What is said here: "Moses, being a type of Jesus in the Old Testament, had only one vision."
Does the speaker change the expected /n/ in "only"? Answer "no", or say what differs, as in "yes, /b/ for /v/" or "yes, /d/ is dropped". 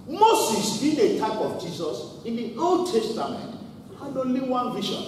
yes, /n/ is dropped